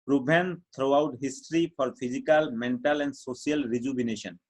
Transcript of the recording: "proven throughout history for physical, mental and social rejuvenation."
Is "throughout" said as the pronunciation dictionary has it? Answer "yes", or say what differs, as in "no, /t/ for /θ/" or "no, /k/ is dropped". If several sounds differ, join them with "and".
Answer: no, /t/ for /θ/